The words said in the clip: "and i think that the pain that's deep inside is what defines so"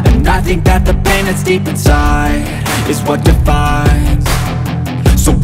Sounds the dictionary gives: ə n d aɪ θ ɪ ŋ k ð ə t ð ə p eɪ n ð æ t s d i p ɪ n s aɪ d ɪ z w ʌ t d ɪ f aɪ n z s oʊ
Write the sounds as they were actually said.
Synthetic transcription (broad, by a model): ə n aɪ θ ɪ ŋ k ð ə t ð ə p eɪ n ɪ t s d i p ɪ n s aɪ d ɪ z w ʌ t d ɪ f aɪ n z s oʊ